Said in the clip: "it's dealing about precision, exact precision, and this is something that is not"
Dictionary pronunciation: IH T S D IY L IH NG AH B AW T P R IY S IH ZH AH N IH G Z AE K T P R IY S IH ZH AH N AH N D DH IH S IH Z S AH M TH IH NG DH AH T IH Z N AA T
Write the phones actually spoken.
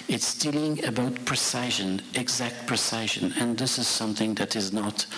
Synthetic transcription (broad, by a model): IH T S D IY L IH NG AH B AW T P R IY S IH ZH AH N IH G Z AE K T P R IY S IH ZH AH N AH N DH IH S IH Z S AH M TH IH NG DH AH T IH Z N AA T